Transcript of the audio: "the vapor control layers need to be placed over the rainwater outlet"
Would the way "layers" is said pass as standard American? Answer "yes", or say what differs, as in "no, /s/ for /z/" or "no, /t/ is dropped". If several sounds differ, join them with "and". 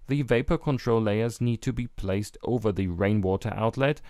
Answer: yes